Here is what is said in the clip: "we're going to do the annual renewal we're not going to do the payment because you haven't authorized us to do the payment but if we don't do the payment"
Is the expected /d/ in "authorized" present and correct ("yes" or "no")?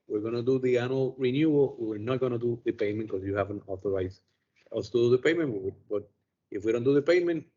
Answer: no